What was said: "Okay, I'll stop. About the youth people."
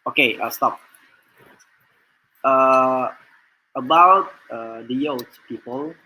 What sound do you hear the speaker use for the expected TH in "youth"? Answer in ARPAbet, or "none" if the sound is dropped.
S